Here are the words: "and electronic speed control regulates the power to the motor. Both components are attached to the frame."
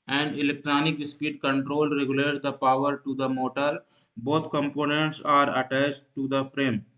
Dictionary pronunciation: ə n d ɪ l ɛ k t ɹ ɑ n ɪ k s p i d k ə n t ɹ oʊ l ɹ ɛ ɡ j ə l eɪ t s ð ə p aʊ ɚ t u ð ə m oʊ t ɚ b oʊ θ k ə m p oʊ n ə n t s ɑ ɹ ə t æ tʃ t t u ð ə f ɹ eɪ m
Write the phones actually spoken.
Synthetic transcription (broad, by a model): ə n d ɪ l ɛ k t ɹ ɑ n ɪ k s p i d k ə n t ɹ oʊ l ɹ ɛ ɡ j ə l eɪ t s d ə p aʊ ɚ t u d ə m oʊ t ɚ b oʊ t k ə m p oʊ n ə n t s ɑ ɹ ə t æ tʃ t t u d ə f ɹ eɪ m